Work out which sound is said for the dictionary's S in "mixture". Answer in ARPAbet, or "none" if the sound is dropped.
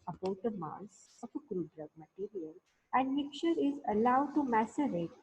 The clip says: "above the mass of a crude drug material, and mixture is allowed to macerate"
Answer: none